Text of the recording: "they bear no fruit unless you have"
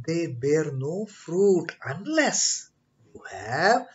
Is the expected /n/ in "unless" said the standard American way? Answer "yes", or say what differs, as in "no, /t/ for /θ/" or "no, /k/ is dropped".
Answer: yes